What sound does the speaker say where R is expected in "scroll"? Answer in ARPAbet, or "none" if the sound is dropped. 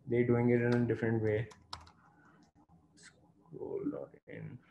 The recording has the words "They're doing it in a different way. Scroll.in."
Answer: none